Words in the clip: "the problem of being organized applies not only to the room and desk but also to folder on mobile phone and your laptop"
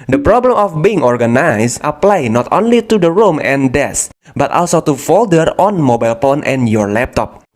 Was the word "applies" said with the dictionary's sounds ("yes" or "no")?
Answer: no